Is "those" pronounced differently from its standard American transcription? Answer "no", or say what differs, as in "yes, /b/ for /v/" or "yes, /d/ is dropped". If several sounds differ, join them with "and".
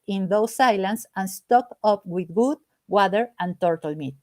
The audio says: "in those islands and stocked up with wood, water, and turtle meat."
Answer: yes, /s/ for /z/